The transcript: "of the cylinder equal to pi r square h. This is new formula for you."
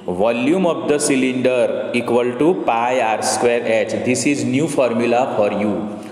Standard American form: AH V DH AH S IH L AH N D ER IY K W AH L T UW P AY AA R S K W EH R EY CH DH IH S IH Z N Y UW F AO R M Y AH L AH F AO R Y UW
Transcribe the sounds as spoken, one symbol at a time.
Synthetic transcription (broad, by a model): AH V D AH S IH L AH N D ER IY K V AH L T UW P AY AA R S K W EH R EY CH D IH S IH Z N Y UW F AO R M Y AH L AH F AO R Y UW